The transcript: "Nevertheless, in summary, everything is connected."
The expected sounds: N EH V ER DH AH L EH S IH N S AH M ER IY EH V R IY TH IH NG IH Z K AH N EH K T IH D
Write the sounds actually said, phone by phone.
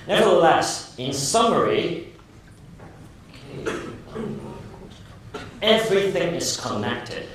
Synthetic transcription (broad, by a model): N EH V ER DH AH L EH S IH N S AH M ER IY EH V R IY TH IH NG IH Z K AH N EH K T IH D